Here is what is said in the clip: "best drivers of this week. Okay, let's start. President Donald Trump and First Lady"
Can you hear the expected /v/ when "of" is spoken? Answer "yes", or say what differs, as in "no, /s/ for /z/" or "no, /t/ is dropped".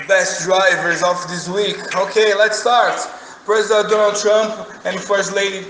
no, /f/ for /v/